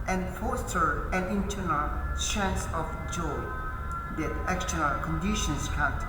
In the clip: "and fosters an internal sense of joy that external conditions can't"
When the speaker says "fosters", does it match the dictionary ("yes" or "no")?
no